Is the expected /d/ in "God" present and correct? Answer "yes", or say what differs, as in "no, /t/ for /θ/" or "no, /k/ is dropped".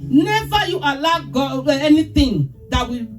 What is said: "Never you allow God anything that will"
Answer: no, /d/ is dropped